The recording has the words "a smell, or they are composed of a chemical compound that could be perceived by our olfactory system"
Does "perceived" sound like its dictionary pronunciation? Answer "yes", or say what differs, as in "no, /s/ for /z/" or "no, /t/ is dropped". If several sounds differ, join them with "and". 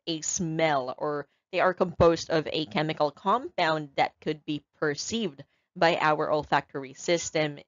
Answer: yes